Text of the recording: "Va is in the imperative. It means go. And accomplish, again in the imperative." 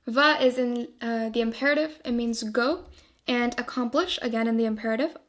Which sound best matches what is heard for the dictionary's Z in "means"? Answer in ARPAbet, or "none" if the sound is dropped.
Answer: Z